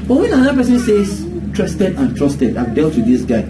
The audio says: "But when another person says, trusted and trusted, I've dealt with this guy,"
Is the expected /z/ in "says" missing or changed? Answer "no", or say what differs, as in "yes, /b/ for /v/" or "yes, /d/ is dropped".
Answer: yes, /s/ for /z/